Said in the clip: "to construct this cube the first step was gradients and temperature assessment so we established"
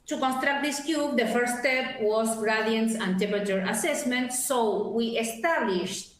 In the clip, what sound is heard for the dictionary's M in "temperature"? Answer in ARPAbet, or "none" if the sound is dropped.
none